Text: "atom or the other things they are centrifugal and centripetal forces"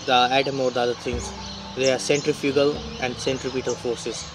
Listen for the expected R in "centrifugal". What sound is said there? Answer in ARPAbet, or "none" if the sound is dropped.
R